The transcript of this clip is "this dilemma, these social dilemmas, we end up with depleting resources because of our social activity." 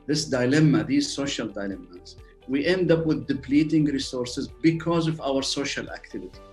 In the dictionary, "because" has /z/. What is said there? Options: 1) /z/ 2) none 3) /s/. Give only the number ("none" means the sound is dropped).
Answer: 1